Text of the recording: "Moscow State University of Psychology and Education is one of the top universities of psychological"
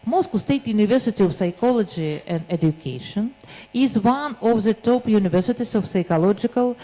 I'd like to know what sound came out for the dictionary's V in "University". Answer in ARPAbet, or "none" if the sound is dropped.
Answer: V